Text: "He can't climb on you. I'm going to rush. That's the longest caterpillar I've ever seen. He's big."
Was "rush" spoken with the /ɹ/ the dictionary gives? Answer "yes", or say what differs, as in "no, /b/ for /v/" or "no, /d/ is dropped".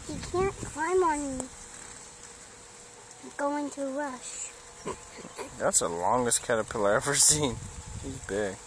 yes